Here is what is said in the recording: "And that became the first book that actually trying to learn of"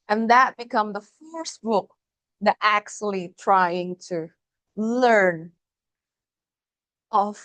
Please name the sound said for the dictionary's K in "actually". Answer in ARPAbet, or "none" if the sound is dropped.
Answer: K